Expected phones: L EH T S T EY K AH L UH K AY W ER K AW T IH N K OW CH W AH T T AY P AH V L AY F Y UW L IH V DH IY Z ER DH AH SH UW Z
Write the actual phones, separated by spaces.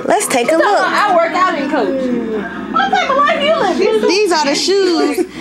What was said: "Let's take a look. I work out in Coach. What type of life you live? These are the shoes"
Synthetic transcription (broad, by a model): L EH T S T EY K AH L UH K AY W ER K AW T IH N K OW CH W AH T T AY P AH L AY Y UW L DH IY Z ER DH AH SH UW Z